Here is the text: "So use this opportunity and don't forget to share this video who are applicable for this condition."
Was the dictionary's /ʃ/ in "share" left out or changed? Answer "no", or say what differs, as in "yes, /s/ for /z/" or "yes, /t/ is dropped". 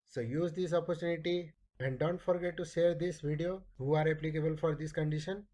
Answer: yes, /s/ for /ʃ/